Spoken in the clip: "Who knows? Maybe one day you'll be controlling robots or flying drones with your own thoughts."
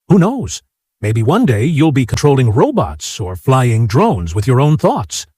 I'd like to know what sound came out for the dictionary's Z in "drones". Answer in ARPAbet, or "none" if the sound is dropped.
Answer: Z